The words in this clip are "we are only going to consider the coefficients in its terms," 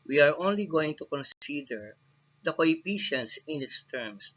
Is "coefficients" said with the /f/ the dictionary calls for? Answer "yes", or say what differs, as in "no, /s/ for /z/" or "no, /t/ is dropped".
no, /p/ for /f/